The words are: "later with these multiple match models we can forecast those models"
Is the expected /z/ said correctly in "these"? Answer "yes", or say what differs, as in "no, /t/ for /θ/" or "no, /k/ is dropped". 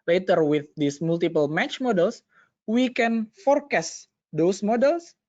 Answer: no, /s/ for /z/